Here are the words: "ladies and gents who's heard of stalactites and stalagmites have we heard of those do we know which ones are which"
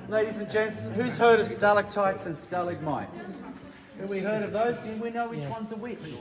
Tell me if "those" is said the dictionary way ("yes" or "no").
yes